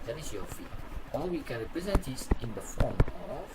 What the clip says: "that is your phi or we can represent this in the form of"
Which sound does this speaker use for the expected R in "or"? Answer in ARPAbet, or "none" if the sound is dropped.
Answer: L